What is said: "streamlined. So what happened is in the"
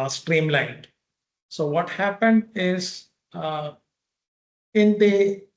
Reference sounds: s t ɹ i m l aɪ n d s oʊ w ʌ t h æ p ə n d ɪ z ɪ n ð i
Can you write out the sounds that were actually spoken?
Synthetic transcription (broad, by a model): s t ɹ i m l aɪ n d s oʊ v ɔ t h æ p ə n d ɪ z ɪ n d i